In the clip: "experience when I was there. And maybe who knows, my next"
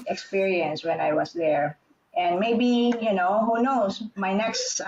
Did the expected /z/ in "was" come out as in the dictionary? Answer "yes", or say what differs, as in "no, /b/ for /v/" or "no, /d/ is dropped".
no, /s/ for /z/